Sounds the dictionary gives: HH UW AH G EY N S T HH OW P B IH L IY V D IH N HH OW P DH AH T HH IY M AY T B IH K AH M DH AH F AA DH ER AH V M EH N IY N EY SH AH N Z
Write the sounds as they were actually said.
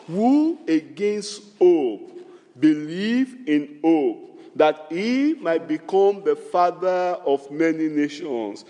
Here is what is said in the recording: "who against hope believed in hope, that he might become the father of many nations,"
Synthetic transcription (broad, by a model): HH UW AH G EY N S T OW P B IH L IY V IH N OW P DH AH T HH IY M AY T B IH K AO M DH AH F AA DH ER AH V M EH N IY N EY SH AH N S